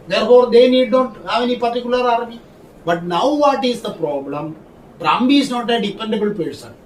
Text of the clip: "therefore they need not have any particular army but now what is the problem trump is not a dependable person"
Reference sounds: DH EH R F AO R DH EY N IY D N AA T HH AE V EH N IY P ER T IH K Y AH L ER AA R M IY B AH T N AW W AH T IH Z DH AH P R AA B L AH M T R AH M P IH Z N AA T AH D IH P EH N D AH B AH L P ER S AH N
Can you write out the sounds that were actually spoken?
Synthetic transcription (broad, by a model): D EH R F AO R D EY N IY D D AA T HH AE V EH N IY P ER T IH K Y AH L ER AA R M IY B AH T N AW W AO T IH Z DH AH P R AA B L AH M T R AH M B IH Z N AA T AH D IH P EH N D AH B AH L P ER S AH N